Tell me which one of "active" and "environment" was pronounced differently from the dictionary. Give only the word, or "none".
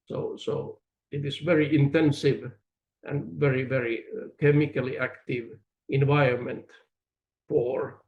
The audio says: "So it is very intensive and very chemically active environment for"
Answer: none